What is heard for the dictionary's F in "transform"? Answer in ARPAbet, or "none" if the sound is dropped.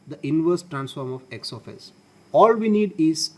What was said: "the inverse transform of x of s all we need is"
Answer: F